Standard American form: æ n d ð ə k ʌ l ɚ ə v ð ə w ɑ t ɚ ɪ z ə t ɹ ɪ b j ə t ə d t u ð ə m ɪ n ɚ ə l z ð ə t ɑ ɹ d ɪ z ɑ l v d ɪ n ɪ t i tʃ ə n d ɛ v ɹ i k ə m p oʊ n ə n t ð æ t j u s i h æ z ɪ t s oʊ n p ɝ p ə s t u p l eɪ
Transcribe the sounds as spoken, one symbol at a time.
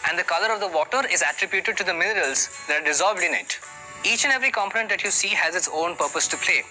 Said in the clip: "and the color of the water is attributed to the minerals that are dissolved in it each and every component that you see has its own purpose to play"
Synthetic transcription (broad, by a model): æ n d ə k ʌ l ɚ ə v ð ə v ɑ t ɚ ɪ z ə t ɹ ɪ b j ə t ə d t u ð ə m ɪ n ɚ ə l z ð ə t ɑ ɹ d ɪ z ɑ l v d ɪ n ɪ t i tʃ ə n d ɛ v ɹ i k ə m p oʊ n ə n t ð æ t j u s i h æ z ɪ t s oʊ n p ɝ p ə s t u p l eɪ